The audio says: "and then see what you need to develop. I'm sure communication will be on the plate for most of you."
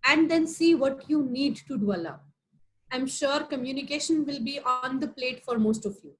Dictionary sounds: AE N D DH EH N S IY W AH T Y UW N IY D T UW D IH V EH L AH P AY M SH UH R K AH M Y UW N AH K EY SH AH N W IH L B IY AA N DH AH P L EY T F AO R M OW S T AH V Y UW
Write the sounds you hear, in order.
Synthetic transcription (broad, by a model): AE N D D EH N S IY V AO T Y UW N IY D T UW D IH EH L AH AY M SH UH R K AH M Y UW N AH K EY SH AH N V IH L B IY AA N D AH P L EY T F AO R M OW S T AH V Y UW